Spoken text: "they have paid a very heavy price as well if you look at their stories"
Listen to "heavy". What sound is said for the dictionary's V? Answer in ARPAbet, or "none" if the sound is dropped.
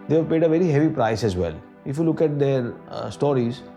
V